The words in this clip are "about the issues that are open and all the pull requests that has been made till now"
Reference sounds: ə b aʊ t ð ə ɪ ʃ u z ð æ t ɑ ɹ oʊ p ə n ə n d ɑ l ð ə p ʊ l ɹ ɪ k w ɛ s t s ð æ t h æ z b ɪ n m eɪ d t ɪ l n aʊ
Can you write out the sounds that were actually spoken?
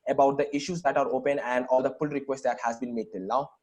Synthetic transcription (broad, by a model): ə b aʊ t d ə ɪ ʃ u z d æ t ɑ ɹ oʊ p ə n ə n d ɑ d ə f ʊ l ɹ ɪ k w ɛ s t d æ t h æ z b ɪ n m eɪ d t ɪ l n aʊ